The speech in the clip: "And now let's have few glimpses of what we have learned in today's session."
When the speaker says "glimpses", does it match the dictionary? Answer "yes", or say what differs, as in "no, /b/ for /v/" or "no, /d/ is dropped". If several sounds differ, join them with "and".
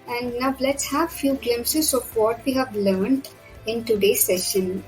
no, /p/ is dropped